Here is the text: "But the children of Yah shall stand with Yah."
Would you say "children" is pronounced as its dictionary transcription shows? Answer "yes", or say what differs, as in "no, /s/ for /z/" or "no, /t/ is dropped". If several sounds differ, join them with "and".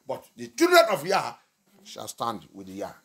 no, /l/ is dropped